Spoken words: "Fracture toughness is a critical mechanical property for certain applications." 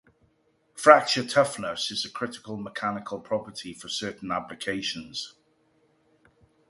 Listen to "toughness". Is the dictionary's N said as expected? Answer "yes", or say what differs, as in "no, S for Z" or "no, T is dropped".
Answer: yes